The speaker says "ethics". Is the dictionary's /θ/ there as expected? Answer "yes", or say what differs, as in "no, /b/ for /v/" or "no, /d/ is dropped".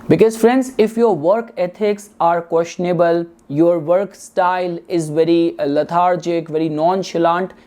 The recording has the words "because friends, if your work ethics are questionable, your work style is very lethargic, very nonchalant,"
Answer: no, /t/ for /θ/